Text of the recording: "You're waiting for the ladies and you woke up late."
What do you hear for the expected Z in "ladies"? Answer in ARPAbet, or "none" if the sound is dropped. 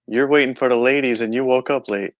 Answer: Z